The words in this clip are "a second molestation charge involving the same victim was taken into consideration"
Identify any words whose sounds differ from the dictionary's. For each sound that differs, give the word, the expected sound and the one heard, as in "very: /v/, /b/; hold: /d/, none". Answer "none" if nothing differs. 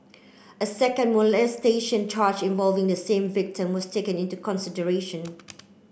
was: /z/, /s/